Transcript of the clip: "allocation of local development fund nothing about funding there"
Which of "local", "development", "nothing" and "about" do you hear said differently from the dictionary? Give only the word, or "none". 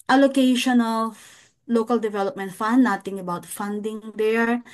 nothing